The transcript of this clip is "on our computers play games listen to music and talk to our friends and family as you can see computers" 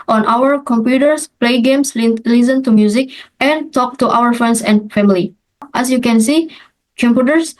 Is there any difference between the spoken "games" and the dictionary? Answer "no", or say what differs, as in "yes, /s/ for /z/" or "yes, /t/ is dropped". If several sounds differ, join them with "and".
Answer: yes, /s/ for /z/